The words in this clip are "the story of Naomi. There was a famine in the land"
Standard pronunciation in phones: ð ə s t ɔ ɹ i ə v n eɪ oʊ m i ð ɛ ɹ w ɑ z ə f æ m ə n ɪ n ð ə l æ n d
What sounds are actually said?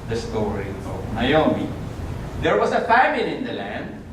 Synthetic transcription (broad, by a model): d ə s t ɔ ɹ i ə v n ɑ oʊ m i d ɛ ɹ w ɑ s ə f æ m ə l ɪ n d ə l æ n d